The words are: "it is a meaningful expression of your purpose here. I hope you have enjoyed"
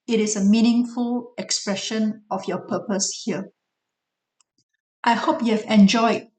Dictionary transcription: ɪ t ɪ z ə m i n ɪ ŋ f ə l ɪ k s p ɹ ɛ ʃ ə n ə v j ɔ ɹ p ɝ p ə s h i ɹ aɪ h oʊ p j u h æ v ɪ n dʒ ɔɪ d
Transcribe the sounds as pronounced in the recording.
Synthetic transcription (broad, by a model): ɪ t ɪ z ə m i n ɪ ŋ f ə l ɪ k s p ɹ ɛ ʃ ə n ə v j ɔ p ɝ p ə s h i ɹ aɪ h oʊ p j u h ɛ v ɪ n dʒ ɔɪ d